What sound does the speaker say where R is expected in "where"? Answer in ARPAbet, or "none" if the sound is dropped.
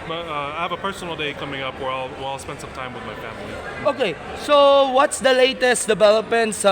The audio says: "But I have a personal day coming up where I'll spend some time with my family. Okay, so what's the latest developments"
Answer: W